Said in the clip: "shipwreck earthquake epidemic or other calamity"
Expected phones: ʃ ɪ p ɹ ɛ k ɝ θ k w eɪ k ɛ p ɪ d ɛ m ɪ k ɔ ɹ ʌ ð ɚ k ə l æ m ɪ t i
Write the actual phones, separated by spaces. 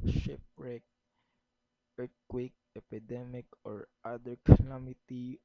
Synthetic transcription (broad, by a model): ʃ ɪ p ɹ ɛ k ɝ t k w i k ɛ p ɪ d ɛ m ɪ k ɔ ɹ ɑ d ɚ k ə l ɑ m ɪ t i